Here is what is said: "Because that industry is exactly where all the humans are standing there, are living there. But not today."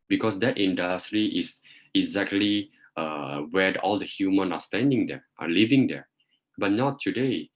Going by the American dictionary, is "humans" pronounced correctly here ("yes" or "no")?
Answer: no